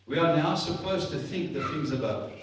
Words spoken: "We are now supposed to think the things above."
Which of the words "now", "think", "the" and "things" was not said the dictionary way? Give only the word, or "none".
none